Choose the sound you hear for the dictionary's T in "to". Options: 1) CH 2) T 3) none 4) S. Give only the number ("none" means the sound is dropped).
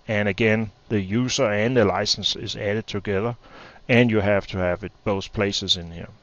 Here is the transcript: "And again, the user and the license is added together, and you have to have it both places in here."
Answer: 2